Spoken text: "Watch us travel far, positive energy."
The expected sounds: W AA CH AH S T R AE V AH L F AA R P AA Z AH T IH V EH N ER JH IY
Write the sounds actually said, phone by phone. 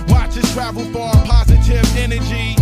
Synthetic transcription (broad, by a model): W AA CH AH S T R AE V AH L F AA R P AA Z AH T IH V EH N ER JH IY